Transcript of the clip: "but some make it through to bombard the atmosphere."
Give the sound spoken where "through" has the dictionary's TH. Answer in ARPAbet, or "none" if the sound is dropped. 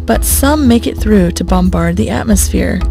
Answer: TH